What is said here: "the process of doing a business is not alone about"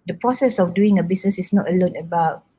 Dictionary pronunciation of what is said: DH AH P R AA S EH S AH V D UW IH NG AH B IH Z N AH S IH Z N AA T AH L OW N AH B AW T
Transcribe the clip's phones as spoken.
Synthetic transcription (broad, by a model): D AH P R AA S EH S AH F D UW IH NG AH B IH S N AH S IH S N AA T AH L OW N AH B AW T